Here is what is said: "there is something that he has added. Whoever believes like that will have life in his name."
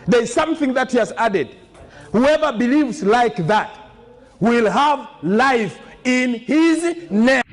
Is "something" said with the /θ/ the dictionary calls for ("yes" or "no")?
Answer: yes